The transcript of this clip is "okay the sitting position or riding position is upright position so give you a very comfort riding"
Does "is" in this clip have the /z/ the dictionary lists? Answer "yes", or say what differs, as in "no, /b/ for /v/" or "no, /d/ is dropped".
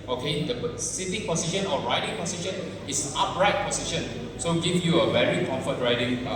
no, /s/ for /z/